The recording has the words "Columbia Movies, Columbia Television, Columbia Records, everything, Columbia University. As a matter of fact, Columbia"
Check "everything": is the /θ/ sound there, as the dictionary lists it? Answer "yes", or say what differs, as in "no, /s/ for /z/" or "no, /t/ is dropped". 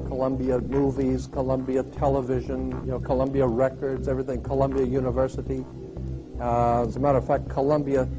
yes